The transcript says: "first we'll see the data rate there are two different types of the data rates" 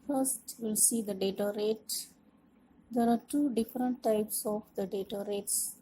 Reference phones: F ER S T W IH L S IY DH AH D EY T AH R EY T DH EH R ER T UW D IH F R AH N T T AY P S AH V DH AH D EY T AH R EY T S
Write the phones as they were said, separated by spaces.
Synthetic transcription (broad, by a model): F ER S T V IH L S IY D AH D EY T AH R EY T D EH R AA T UW D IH F R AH N T T AY P S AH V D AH D EY T AH R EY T S